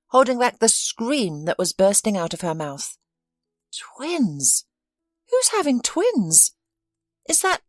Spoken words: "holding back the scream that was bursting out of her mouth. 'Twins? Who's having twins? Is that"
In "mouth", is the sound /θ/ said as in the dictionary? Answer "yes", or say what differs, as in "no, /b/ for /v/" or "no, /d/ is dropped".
yes